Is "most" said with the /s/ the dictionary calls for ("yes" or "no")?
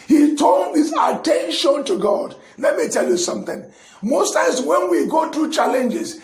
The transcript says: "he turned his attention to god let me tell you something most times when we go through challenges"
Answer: yes